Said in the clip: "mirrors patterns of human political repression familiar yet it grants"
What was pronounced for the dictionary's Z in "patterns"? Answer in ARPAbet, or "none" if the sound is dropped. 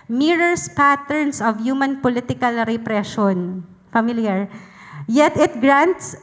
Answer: S